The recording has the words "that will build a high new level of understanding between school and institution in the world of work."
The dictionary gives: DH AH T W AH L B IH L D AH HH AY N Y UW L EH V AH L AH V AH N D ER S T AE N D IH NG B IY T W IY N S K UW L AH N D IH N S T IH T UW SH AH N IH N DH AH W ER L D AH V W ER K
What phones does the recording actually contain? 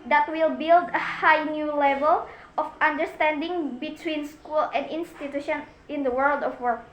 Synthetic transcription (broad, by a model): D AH T W AH L B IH L D AH HH AY N Y UW L EH V AH L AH F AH N D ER S T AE N D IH NG B IY T W IY N S K UW L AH N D IH N S T IH T UW SH AH N IH N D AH W ER L D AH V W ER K